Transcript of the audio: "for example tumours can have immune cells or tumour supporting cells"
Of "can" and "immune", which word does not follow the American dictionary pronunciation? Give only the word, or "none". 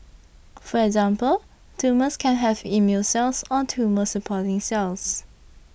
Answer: immune